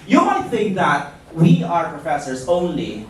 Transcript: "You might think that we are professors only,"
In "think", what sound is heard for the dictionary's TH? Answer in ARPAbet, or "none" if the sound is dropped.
TH